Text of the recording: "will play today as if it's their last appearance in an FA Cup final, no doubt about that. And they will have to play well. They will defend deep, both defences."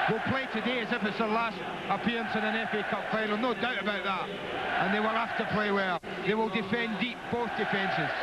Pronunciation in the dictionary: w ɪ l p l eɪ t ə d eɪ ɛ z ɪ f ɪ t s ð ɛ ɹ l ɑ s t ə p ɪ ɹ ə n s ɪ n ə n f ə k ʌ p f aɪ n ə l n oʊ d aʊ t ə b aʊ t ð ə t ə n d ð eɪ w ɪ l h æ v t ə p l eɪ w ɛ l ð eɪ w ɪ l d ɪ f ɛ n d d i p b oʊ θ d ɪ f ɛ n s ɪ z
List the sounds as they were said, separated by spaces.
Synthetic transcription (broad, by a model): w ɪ l p l eɪ t ə d eɪ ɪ z ɪ f ɪ t s ð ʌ l ɑ s t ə p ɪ ɹ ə n s ɪ n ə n f ə k ʌ p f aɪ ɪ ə n oʊ d aʊ t ə b aʊ t ð ə t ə n ð eɪ w ɪ l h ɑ f t ə p l eɪ w ɛ l ð eɪ w ɪ l d ɪ f ɛ n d d i p b oʊ θ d ɪ f ɛ n s ɪ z